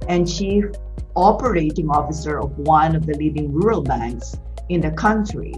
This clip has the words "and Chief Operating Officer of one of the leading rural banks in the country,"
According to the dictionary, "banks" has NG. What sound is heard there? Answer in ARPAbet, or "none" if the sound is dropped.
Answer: NG